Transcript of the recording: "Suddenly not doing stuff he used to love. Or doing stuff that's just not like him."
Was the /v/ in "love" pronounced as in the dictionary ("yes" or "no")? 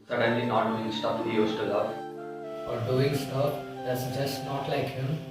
no